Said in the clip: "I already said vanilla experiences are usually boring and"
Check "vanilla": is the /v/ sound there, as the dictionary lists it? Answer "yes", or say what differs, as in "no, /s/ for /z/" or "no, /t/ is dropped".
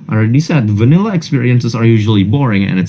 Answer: yes